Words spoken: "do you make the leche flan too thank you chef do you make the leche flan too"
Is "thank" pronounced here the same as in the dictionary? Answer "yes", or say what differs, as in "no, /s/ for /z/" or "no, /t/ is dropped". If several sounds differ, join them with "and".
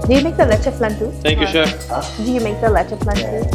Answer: no, /t/ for /θ/